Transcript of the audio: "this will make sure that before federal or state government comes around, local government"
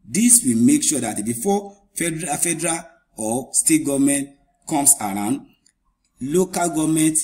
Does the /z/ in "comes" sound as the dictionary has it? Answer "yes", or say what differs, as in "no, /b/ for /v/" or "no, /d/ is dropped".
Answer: no, /s/ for /z/